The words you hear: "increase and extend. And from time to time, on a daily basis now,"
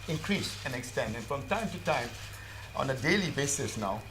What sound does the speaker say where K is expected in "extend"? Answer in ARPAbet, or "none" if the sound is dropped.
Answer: K